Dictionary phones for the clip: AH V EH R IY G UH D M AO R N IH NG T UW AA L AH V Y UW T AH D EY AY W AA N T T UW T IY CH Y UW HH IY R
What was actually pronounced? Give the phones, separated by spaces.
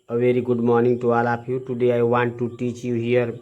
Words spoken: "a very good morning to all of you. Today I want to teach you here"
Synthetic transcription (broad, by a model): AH V EH R IY G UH D M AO R N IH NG T UW AA L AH P Y UW T AH D EY AY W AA N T T UW T IY CH Y UW HH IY R